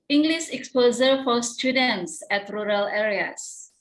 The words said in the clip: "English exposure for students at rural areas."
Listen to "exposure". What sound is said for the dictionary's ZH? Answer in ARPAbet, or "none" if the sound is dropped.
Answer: Z